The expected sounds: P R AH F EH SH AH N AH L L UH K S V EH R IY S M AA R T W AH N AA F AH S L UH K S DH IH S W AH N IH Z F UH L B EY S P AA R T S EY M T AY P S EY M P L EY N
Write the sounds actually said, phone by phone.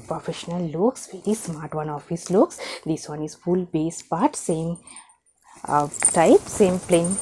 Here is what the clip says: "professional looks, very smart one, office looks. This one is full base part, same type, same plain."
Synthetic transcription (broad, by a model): P R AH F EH SH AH N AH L L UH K S V EH R IY S M AA R T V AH N AA F AH S L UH K S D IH S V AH N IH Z F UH L B EY S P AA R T S EY M T AY P S EY M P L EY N